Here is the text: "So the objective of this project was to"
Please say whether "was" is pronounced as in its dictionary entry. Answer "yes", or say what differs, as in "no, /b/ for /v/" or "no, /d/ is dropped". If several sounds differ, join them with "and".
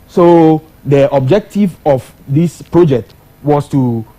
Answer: no, /s/ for /z/